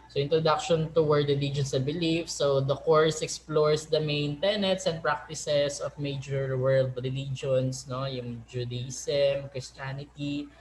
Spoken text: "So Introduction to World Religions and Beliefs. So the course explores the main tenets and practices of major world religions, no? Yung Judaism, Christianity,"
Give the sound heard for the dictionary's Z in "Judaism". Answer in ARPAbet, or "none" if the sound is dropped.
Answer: S